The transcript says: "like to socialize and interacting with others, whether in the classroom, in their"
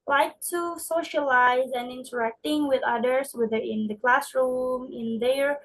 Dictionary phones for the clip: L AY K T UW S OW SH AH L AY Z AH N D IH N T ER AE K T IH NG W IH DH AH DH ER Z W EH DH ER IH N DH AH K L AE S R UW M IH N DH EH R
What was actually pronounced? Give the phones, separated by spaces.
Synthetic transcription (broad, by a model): L AY K T UW S OW SH AH L AY Z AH N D IH N T ER AE K T IH NG W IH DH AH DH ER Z W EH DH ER IH N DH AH K L AE S R UW M IH N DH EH R